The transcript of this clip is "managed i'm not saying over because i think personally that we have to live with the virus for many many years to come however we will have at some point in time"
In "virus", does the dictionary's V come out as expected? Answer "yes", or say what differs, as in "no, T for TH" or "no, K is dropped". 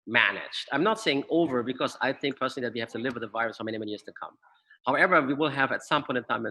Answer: yes